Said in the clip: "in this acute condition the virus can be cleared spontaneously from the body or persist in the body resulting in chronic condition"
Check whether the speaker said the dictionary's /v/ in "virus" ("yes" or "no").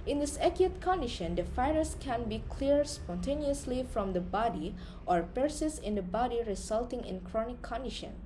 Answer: no